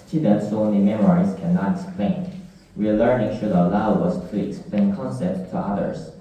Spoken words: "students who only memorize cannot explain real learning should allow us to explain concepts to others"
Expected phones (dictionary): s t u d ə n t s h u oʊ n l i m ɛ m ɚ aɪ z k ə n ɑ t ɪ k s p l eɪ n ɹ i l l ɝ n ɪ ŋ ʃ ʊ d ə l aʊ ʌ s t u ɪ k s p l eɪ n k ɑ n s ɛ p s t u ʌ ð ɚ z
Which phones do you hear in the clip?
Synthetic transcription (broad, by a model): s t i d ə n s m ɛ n i m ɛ m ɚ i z k ə n ɑ t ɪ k s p l eɪ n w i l l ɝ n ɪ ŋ ʃ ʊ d ə l aʊ ʌ s t u ɪ k s p l eɪ n k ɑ n s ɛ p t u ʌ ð ɚ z